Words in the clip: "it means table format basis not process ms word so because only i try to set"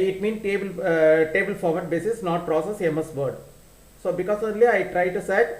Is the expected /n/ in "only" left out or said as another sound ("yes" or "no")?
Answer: yes